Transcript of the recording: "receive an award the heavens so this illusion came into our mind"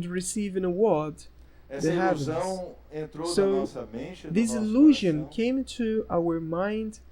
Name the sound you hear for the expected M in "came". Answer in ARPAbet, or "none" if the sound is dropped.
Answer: none